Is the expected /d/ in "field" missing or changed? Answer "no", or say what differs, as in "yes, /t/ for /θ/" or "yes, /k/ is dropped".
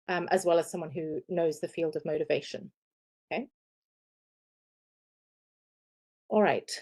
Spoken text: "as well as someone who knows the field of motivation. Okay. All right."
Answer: no